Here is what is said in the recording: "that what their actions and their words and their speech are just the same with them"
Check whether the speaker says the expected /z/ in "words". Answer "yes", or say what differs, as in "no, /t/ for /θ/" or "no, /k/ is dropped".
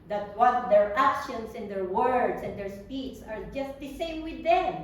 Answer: no, /s/ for /z/